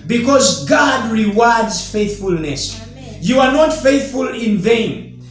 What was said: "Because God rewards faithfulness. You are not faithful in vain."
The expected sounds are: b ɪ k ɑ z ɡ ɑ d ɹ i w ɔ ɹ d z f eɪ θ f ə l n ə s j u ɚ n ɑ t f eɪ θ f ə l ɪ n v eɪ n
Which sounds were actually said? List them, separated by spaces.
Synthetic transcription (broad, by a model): b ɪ k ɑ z ɡ ɑ d ɹ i w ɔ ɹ d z f eɪ θ f ə l n ə s j u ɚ n ɑ t f eɪ θ f ə l ɪ n v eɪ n